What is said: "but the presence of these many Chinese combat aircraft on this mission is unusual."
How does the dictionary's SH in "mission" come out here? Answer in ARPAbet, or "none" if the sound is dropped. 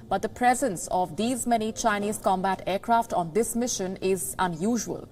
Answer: SH